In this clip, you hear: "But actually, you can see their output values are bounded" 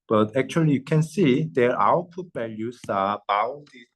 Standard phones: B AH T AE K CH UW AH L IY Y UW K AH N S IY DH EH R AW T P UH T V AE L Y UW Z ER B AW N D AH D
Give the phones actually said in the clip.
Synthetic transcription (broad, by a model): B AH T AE K CH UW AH L IY Y UW K AH N S IY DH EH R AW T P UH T B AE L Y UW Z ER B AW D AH